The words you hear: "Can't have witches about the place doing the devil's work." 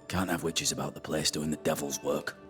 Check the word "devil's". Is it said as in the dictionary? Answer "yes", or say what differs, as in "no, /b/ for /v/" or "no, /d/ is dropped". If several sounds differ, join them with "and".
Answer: yes